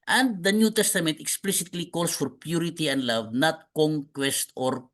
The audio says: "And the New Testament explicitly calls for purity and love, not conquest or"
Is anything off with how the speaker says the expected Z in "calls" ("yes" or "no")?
yes